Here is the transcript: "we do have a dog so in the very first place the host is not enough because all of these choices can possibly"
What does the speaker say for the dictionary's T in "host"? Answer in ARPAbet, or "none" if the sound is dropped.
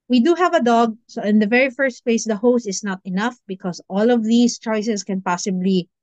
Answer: T